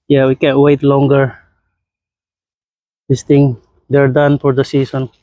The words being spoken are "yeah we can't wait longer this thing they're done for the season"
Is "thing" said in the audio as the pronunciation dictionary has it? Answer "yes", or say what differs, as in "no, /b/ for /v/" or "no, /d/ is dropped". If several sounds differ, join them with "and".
no, /t/ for /θ/